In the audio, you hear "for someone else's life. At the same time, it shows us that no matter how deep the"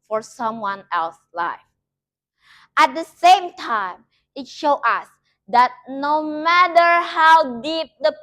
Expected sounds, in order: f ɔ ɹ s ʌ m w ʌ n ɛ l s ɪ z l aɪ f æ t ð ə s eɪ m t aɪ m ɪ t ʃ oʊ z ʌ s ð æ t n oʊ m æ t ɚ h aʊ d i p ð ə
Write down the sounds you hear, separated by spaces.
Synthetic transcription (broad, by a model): f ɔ ɹ s ʌ m w ʌ n ɛ l s l aɪ f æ t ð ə s eɪ m t aɪ m ɪ t ʃ oʊ ʌ s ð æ t n oʊ m æ t ɚ h aʊ d i p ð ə